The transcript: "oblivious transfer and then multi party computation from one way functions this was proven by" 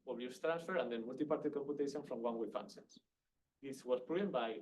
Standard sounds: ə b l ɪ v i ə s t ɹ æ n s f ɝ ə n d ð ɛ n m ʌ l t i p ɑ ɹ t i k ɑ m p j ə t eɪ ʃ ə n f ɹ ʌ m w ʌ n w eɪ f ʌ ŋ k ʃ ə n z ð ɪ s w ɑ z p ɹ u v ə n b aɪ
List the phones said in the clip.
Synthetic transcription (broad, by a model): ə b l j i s t ɹ æ n s f ɝ ə n d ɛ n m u l t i p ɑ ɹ t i k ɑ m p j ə t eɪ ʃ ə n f ɹ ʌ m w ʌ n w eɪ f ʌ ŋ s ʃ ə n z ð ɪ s w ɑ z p ɹ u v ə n b aɪ